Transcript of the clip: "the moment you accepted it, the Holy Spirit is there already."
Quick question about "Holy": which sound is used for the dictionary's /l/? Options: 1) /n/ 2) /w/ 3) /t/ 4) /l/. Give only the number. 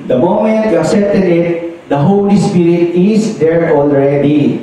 4